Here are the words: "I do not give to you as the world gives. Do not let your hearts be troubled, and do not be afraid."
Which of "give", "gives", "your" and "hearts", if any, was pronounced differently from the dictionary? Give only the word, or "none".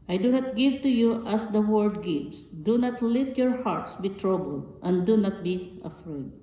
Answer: gives